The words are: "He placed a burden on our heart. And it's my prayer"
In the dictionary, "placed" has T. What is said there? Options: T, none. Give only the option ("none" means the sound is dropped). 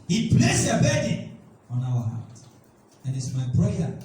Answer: none